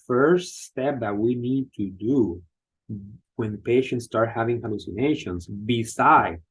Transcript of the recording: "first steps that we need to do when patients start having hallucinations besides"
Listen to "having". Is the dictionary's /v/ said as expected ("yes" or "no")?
yes